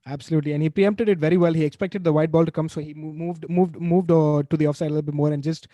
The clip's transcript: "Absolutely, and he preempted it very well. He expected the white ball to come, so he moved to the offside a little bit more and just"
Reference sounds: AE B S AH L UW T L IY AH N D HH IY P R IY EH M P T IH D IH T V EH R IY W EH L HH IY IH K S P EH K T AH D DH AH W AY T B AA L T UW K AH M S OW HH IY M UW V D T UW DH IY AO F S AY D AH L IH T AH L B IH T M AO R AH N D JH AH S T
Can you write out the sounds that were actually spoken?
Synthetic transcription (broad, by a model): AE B S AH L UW T L IY AH N D HH IY P R IY EH M P T IH D IH T V EH R IY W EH L HH IY IH K S P EH K T AH D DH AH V AY T B AA L T UW K AH M S OW HH IY M UW V D T UW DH IY AO F S AY D AH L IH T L B IH T M AO R AH N D JH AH S T